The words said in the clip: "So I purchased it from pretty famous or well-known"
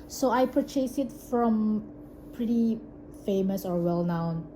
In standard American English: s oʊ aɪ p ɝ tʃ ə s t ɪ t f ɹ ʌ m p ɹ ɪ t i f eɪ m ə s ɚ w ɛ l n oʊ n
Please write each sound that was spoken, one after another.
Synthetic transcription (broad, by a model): s oʊ aɪ p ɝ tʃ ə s ɪ t f ɹ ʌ m p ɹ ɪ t i f eɪ m ə s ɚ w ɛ l n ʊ n